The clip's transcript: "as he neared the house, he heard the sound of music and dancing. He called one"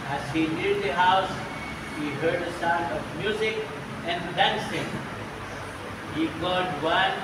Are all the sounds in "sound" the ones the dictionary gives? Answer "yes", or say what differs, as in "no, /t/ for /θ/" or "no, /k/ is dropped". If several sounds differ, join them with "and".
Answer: no, /d/ is dropped